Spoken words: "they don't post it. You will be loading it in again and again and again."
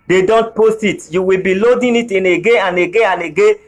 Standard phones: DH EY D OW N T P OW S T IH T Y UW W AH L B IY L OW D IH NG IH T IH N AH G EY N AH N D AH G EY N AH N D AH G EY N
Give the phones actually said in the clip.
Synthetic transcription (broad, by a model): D EY D OW N T P OW S T IH T Y UW W AH L B IY L OW D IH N IH T IH N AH G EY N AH N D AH G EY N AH N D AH G EY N